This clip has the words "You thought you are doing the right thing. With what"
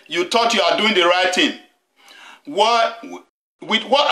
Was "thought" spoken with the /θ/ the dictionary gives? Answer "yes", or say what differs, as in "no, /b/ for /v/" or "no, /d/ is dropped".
no, /t/ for /θ/